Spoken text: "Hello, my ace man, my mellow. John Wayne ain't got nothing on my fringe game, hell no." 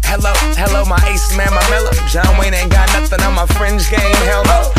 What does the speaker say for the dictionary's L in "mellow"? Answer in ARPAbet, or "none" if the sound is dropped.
L